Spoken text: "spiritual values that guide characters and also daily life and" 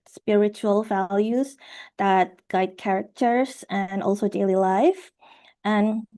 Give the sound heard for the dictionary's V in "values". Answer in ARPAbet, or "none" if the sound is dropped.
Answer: V